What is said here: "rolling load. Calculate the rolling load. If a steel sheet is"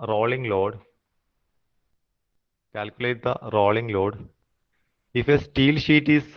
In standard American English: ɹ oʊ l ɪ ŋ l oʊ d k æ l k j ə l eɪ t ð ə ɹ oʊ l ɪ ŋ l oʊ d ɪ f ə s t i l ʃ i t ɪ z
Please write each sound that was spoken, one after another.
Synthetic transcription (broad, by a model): ɹ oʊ l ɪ ŋ l oʊ d k æ l k j ə l eɪ t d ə ɹ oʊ l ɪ ŋ l oʊ d ɪ f ə s t i l ʃ i t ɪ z